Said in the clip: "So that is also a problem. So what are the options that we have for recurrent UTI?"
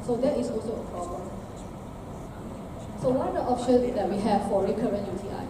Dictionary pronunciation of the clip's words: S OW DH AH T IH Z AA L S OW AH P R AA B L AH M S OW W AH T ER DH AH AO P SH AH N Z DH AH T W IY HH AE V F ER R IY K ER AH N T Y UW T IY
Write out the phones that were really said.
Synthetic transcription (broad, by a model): S OW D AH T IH S AA L S OW AH P R AA B L AH M S OW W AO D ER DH AO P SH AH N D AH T W IY HH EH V F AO R IY K ER AH N T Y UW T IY